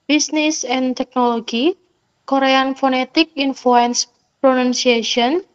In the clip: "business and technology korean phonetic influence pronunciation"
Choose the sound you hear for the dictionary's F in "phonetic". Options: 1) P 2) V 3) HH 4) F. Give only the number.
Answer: 4